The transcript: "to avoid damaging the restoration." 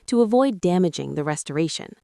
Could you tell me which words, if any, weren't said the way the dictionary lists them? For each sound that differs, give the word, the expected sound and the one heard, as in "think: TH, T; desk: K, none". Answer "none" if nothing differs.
none